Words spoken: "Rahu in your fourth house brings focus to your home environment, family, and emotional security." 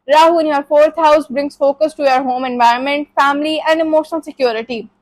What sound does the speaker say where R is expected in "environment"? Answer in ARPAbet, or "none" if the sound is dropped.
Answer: R